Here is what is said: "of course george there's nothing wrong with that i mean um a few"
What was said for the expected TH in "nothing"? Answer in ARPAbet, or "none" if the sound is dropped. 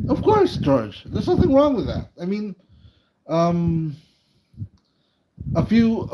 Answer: TH